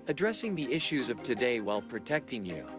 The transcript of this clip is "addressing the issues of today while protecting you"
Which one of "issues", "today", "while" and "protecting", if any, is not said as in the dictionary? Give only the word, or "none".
none